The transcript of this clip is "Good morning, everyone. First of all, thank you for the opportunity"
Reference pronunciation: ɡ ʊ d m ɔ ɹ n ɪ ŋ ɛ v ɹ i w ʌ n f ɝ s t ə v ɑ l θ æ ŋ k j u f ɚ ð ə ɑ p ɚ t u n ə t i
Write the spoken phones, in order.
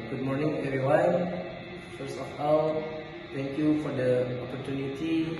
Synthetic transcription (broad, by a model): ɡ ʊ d m ɔ ɹ n ɪ ŋ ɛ v ɹ i w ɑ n f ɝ s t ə f ɑ l t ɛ ŋ k j u f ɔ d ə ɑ p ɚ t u n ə t i